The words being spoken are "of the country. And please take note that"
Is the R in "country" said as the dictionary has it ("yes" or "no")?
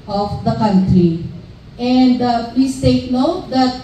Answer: yes